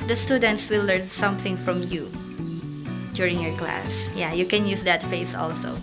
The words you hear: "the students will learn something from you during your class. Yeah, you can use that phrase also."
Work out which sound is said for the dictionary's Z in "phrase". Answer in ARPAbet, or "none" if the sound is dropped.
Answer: S